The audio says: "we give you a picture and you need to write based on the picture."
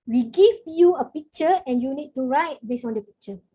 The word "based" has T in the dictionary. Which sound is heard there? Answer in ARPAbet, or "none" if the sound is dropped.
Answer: none